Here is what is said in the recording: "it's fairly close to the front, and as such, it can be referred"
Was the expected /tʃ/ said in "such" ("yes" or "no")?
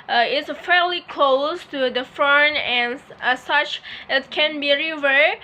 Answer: yes